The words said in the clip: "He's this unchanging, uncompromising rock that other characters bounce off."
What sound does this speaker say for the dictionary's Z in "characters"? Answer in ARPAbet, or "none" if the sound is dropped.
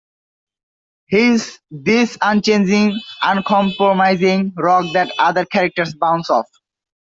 S